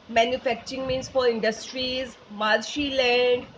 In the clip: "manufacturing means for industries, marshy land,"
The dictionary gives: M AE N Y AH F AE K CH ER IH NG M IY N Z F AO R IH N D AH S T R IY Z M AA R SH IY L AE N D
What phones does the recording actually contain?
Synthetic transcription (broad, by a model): M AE N Y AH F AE K CH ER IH NG M IY N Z F AO R IH N D AH S T R IY Z M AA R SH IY L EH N D